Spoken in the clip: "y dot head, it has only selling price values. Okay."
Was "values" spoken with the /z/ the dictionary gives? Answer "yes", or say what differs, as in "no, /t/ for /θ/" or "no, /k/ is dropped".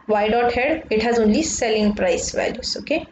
no, /s/ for /z/